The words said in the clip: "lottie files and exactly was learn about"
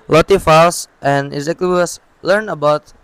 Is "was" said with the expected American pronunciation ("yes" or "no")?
no